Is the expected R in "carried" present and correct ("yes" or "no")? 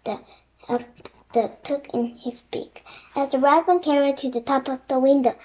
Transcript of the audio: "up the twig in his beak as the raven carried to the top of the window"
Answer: yes